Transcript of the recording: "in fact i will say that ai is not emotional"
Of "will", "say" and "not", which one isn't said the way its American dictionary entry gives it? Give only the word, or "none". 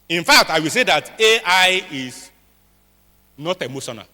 none